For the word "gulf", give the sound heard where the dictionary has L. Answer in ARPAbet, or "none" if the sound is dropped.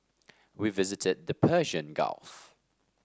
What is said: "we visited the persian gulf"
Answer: L